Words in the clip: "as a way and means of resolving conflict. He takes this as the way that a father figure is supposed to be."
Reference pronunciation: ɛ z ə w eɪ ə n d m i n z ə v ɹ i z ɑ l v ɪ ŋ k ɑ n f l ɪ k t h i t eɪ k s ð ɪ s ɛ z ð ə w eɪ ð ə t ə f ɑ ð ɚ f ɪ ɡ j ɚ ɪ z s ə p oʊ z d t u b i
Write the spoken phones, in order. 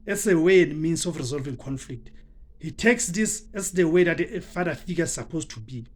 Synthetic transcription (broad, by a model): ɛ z ə w eɪ ə n d m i n s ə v ɹ i z ɑ l v ɪ ŋ k ɑ n f l ɪ k t h i t eɪ k s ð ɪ s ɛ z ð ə w eɪ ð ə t ə f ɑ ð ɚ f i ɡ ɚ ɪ s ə p oʊ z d t u b i